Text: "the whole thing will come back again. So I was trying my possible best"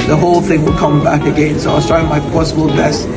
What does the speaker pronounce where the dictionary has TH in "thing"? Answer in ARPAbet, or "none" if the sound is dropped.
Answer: TH